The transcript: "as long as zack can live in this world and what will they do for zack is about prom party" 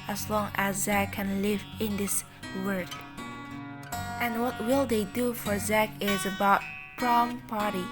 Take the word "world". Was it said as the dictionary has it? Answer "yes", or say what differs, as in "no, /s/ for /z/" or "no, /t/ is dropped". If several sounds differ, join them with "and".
no, /l/ is dropped